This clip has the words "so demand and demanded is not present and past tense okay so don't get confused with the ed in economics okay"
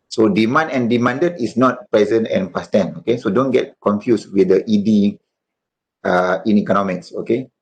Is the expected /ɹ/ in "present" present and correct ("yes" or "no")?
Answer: yes